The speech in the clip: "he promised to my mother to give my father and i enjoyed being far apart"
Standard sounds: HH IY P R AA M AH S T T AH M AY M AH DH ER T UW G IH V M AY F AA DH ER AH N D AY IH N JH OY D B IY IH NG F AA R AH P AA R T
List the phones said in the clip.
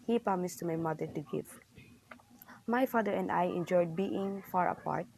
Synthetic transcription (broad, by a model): HH IY P AA M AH S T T M AY M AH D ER T UW G IH V M AY F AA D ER AH N D AY IH N JH OY D B IY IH NG F AA R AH P AA R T